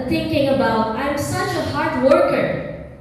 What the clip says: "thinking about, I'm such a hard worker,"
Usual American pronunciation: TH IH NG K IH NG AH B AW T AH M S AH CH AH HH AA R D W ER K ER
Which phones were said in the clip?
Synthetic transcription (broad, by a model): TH IH NG K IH NG AH B AW T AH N S AH CH AH HH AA R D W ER K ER